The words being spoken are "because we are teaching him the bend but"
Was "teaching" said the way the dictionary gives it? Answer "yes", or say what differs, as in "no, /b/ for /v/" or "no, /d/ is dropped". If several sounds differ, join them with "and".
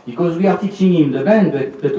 no, /s/ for /tʃ/